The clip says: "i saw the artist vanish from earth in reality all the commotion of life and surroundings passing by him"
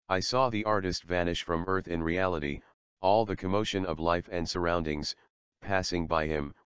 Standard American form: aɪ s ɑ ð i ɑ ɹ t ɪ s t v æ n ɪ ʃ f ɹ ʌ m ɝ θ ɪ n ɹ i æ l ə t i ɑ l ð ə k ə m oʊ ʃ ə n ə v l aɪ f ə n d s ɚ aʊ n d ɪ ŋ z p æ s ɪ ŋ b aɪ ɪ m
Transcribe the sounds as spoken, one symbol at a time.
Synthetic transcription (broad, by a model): aɪ s ɑ ð i ɑ ɹ t ɪ s t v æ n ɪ ʃ f ɹ ʌ m ɝ θ ɪ n ɹ i æ l ə t i ɑ l ð ə k ə m oʊ ʃ ə n ə v l aɪ f ə n d s ɚ aʊ n d ɪ ŋ z p æ s ɪ ŋ b aɪ ɪ m